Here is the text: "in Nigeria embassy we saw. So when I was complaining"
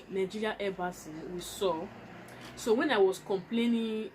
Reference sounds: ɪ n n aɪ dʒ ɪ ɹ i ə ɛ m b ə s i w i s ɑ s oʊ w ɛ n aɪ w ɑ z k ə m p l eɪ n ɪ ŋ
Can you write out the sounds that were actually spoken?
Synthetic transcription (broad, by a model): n n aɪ dʒ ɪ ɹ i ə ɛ b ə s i w i s ɑ s oʊ w ɛ n aɪ w ɑ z k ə m p l eɪ n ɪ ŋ